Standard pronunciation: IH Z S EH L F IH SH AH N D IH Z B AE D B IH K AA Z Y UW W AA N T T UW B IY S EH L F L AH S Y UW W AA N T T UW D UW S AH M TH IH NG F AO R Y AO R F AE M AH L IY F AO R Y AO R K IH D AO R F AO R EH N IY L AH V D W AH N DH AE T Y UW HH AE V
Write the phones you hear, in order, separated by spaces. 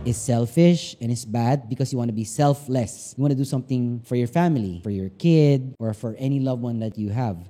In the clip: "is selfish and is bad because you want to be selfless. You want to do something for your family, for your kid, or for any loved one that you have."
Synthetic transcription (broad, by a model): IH S EH L F IH SH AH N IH S B AE D B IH K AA S Y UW W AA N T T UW B IY S EH L F L AH S Y UW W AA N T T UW D UW S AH M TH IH NG F AO R Y AO R F AE M AH L IY F AO R Y AO R K IH D AO R F AO R EH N IY L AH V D W AH N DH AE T Y UW HH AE V